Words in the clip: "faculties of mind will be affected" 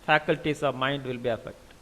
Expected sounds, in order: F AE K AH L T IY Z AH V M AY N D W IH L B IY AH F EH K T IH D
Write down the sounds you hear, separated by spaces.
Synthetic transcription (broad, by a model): F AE K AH L T IY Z AH V M AY N D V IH L B IY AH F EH K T